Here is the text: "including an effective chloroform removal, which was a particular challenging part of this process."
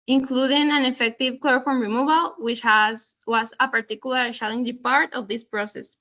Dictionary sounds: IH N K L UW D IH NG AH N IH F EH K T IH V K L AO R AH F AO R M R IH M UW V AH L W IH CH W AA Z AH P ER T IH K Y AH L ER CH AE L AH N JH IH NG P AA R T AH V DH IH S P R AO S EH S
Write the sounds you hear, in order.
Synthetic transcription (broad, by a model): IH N K L UW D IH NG AH N IH F EH K T IH V K L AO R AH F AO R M R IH M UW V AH L W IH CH W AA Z AH P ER T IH K Y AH L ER SH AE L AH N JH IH P AA R T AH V DH IH S P R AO S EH S